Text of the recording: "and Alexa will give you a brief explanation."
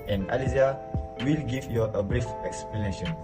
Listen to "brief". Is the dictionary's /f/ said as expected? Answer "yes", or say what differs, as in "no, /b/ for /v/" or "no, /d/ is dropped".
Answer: yes